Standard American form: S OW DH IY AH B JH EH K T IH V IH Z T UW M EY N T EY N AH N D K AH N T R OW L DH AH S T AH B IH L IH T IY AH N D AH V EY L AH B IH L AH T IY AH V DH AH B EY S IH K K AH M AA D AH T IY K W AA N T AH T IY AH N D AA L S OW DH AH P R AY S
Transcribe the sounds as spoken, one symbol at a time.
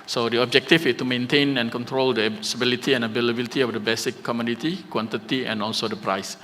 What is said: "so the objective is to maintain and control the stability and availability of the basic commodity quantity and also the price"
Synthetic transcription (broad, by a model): S OW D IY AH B JH EH K T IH F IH S T UW M EY N T EY N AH N K AH N T R OW L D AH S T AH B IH L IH T IY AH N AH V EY L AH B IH L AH T IY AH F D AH B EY S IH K K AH M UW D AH T IY K W AA N T AH T IY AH N AA L S OW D AH P R AY S